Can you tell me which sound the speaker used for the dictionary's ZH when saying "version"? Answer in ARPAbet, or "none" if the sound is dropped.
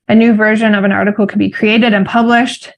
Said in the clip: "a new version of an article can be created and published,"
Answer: ZH